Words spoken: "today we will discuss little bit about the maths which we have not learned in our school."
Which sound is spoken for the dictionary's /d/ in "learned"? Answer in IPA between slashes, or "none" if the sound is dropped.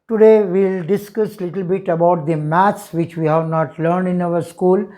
/d/